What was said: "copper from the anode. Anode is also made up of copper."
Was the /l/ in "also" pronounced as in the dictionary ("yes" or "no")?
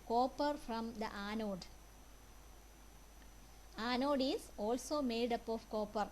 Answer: yes